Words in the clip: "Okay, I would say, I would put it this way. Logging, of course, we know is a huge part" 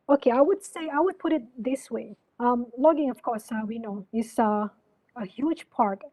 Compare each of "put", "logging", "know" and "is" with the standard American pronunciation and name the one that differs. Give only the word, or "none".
is